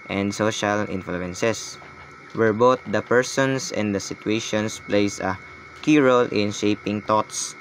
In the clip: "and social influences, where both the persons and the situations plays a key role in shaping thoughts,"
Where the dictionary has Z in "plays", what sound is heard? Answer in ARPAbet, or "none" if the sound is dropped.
S